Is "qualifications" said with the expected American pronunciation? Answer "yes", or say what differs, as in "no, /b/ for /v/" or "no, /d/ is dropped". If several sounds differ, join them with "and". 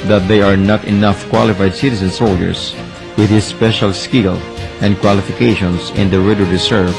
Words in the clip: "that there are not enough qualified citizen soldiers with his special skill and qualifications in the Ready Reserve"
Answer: no, /s/ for /z/